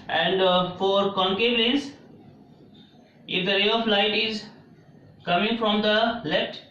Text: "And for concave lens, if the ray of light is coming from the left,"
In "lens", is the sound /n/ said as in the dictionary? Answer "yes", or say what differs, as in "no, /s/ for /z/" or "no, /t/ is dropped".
no, /n/ is dropped